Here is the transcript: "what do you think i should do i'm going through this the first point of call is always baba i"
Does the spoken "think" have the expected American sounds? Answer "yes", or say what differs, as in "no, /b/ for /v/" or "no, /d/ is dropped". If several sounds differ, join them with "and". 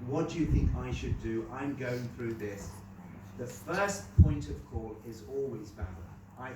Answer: yes